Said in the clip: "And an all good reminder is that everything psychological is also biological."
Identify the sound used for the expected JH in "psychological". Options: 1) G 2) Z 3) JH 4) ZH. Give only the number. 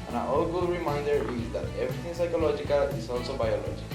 3